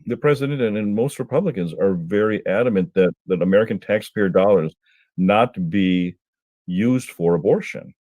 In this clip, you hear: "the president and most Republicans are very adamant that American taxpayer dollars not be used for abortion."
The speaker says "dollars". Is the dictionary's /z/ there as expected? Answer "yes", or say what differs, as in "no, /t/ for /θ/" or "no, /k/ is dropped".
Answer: yes